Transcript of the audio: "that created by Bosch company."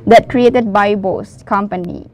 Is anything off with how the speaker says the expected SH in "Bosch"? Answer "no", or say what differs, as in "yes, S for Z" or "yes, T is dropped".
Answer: yes, S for SH